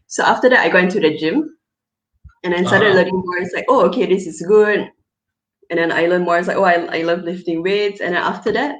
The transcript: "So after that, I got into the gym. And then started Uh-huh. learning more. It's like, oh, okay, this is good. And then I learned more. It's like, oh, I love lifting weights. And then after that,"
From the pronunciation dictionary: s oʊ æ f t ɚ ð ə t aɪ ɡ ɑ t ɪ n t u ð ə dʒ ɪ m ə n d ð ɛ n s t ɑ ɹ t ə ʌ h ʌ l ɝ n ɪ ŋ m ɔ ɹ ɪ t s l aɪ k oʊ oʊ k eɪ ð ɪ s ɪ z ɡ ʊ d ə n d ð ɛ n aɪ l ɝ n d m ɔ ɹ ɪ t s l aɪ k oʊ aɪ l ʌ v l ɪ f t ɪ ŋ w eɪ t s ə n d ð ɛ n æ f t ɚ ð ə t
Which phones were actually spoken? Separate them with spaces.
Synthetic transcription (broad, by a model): s oʊ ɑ f t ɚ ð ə t aɪ ɡ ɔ ɪ n t u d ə dʒ ɪ m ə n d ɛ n s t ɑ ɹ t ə ʌ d l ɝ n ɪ ŋ m ɔ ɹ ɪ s l aɪ k oʊ oʊ k eɪ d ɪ s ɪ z ɡ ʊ d ə n d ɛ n aɪ l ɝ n m ɔ ɹ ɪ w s l aɪ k oʊ aɪ l ʌ v l ɪ f t ɪ ŋ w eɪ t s ə n d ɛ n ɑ f t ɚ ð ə t